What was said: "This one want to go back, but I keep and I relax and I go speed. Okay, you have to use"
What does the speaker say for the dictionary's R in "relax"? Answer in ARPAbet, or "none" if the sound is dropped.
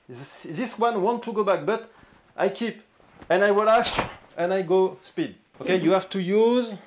W